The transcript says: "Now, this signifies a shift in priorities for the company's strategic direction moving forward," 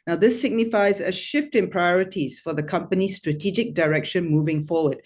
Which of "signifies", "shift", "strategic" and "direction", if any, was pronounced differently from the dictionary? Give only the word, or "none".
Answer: none